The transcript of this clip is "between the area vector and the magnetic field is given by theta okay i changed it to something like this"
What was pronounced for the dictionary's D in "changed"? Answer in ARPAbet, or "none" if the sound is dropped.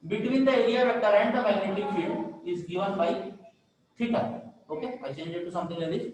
none